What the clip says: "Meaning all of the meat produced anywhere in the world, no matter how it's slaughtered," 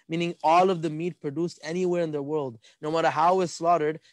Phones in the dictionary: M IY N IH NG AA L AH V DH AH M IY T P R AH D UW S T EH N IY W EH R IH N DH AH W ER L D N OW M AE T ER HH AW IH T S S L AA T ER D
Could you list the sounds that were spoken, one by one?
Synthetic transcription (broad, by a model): M IY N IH NG AA L AH V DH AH M IY T P R AH D UW S T EH N IY W EH R IH N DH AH W ER L D N OW M AE T ER HH AW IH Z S S L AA T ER D